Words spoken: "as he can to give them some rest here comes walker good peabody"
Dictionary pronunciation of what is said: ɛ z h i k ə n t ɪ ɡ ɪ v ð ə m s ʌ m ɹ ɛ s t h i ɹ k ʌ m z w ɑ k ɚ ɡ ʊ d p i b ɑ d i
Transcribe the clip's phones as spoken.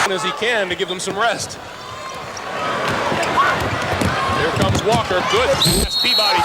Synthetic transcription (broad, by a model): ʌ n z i k ə n t ɪ ɡ ɪ v ð ə m s ʌ m ɹ ɛ s t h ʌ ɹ k ʌ m z w ɑ k ɚ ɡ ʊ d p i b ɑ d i